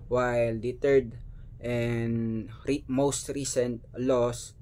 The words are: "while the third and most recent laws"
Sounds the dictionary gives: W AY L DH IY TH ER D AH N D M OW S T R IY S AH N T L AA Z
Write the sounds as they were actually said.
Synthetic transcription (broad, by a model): W AY L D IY T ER D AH N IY M OW S T R IY S AH N T L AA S